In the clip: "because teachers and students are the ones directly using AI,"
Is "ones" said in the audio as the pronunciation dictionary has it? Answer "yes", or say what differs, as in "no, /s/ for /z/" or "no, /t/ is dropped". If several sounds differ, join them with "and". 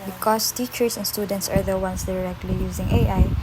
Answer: no, /s/ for /z/